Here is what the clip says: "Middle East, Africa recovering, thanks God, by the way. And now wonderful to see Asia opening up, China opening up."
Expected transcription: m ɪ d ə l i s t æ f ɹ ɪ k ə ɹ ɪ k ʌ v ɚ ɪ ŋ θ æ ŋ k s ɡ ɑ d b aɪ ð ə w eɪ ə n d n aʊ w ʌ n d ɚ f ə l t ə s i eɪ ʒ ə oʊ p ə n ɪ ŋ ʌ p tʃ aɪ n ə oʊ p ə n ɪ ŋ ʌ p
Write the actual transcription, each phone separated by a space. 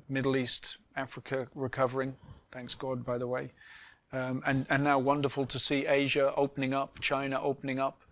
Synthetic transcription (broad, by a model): m ɪ d l i s t æ f ɹ ɪ k ə ɹ ɪ k ʌ v ɚ ɪ ŋ θ æ ŋ k s ɡ ɑ d b aɪ ð ə w eɪ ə n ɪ n aʊ w ʌ n d ɚ f ə l t ə s i eɪ ʒ ə oʊ p ə n ɪ ŋ ʌ p tʃ aɪ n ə oʊ p ə n ɪ ŋ ʌ p